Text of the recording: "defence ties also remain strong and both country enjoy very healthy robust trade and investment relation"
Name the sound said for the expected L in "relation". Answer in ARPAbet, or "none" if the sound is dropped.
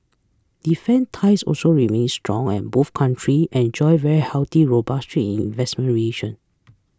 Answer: none